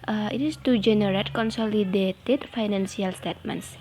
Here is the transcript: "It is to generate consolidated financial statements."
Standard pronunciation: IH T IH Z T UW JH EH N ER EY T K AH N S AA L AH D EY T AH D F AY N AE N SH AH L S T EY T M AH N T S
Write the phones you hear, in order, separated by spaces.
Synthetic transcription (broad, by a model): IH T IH S T UW JH EH N ER EY T K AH N S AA L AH D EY T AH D F AY N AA N S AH L S T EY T M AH N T S